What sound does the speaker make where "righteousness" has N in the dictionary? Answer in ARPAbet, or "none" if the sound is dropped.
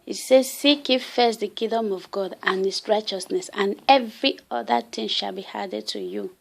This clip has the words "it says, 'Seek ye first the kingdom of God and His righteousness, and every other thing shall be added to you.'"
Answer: N